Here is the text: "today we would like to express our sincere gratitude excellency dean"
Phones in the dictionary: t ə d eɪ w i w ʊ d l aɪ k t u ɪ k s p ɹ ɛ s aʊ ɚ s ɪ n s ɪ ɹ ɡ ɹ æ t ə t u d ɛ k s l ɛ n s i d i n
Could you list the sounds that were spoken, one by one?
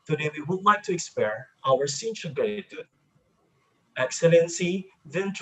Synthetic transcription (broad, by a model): t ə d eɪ w i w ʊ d l aɪ k t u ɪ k s p ɛ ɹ aʊ ɚ s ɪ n ʃ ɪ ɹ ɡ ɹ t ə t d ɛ k s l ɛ n s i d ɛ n